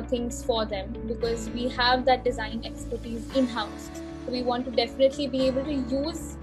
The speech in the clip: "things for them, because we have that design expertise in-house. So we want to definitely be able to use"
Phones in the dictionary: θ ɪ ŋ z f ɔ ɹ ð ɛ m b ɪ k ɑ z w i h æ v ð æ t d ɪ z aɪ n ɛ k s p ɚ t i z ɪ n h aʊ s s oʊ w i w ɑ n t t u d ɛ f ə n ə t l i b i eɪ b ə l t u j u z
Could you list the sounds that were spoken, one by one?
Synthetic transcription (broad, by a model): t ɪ ŋ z f ɔ ɹ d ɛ m b ɪ k ɑ z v i h æ v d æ t d ɪ z aɪ n ɛ k s p ɚ t i z ɪ n h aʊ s s oʊ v i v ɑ n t t u d ɛ f ə n ə t l i b i eɪ b ə l t u j u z